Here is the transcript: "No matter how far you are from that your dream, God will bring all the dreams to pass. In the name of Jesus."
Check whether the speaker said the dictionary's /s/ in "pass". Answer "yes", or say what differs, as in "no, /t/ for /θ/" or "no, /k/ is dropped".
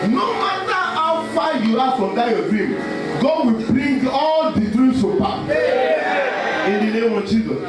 no, /s/ is dropped